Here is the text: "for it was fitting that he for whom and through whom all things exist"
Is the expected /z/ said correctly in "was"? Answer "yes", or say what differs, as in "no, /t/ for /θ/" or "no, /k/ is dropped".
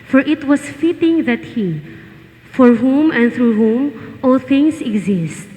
no, /s/ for /z/